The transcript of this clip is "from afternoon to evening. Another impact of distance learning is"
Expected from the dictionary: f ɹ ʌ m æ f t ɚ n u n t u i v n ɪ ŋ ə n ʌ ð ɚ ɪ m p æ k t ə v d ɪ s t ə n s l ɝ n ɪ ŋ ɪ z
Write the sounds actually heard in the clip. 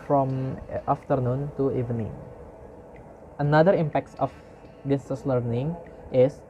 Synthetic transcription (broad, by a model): f ɹ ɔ m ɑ f t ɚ n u n t u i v n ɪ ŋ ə n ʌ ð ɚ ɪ m p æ k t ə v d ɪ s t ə s l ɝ n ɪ ŋ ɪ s